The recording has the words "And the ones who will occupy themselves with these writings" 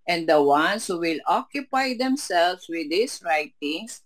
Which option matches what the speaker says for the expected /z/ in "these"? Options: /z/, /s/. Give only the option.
/s/